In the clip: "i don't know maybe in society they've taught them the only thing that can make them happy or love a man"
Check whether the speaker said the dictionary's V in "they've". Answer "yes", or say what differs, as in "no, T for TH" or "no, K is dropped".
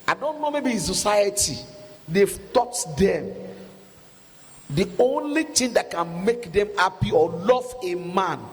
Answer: no, F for V